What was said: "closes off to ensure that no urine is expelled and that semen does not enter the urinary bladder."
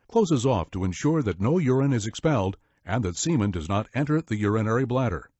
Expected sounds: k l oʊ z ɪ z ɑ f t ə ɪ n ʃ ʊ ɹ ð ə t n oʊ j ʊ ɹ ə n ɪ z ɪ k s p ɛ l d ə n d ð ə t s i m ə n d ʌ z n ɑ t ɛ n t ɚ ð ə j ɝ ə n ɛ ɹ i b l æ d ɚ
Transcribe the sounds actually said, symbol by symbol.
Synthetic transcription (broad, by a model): k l oʊ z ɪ z ɑ f t ə ɪ n ʃ ʊ ɹ ð ə t n oʊ j ʊ ɹ ə n ɪ z ɪ k s p ɛ l d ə n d ð ə t s i m ə n d ʌ z n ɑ t ɛ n t ɚ ð ə j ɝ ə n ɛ ɹ i b l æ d ɚ